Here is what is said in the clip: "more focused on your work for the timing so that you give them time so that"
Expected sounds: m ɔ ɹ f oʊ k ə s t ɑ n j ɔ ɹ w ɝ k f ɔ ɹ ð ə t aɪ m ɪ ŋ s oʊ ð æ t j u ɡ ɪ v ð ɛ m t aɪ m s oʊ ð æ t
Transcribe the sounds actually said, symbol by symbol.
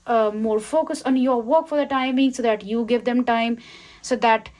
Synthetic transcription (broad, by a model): m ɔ ɹ f oʊ k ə s ɑ n j ɔ ɹ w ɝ k f ɔ ɹ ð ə t aɪ m ɪ ŋ s oʊ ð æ t j u ɡ ɪ v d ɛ m t aɪ m s oʊ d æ t